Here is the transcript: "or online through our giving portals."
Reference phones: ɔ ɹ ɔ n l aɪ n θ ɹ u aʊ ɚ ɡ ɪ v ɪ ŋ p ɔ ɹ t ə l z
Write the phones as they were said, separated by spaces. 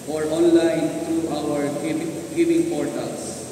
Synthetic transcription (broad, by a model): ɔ ɹ ɔ n l aɪ n t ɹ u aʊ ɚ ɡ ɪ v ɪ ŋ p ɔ ɹ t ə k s